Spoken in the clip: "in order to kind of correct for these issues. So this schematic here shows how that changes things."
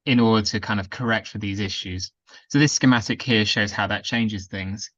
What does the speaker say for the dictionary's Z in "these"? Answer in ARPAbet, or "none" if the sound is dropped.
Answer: Z